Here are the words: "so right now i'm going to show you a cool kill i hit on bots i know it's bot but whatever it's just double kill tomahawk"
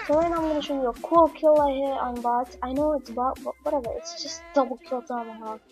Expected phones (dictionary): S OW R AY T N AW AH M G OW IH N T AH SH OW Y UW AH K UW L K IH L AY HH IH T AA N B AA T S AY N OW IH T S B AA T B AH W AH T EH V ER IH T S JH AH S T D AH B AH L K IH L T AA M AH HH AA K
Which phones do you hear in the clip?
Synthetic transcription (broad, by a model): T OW L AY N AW AH M G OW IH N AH SH OW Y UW AH K UW L K IH L AY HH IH T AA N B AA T AY N OW IH T S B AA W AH W AH T EH V ER IH T S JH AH S T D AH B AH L K IH L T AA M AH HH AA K